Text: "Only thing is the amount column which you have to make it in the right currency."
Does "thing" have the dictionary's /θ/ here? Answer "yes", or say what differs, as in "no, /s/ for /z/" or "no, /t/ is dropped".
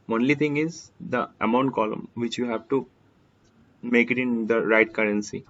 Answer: no, /t/ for /θ/